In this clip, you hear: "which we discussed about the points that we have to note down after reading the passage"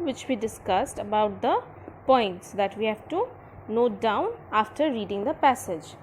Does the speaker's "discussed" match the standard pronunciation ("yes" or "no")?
yes